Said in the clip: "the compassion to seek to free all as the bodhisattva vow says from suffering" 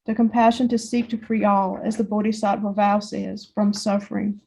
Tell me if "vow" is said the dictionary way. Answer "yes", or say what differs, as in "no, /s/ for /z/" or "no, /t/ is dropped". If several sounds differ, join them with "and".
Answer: yes